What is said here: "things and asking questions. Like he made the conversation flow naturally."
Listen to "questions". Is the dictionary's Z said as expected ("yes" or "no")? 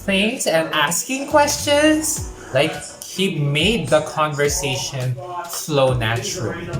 no